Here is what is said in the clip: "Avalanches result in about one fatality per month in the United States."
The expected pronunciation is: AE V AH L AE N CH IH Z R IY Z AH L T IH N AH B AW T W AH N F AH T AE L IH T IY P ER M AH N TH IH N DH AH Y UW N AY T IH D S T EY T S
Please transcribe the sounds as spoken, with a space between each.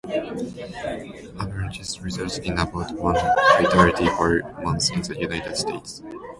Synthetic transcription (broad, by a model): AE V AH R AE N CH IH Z R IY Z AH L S IH N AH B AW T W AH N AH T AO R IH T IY F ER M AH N S IH N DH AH Y UW N AY T IH D S T EY T S